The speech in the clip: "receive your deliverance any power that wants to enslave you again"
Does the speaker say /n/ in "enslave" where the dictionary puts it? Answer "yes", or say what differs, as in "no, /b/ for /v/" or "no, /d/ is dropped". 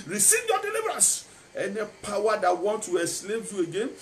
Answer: no, /n/ is dropped